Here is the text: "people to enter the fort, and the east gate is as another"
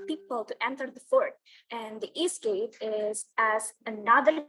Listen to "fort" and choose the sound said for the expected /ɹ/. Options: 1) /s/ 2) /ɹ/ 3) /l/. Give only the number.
2